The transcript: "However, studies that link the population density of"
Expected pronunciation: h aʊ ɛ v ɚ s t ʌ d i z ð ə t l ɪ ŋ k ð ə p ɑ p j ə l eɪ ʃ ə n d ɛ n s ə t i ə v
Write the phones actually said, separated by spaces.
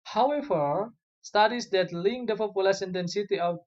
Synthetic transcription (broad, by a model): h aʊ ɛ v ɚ s t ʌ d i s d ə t l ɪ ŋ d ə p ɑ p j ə l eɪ s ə n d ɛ n s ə t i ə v